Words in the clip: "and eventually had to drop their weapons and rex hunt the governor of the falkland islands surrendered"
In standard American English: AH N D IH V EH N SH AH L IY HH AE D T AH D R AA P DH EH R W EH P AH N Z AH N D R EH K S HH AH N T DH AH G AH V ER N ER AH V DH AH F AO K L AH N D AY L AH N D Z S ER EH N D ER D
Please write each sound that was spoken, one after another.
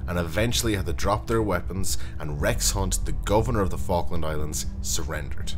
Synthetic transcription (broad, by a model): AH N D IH V EH N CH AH L IY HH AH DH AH D R AA P DH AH R W EH P AH N Z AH N R EH K S HH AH N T DH AH G AH V ER N ER AH V DH AH F AO K L AH N D AY L AH N D Z S ER EH N D ER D